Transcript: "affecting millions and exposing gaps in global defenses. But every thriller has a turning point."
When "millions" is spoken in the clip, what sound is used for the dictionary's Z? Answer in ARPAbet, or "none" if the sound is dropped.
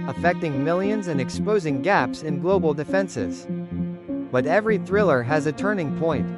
Z